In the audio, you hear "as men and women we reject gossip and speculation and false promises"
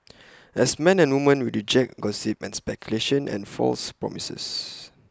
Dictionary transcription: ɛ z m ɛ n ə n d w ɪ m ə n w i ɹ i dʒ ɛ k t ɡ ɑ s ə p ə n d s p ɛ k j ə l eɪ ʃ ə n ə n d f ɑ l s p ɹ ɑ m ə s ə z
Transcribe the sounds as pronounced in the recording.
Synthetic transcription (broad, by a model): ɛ s m ɛ n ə n w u m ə n w i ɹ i dʒ ɛ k ɡ ɑ s ə p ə n s p ɛ k j ə l eɪ ʃ ə n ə n f ɑ l s p ɹ ɑ m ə s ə s